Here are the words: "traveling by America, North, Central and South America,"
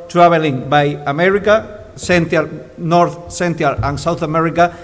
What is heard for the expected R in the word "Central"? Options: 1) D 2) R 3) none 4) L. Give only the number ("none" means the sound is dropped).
3